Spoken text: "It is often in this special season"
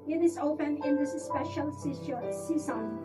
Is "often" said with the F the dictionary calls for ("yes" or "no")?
no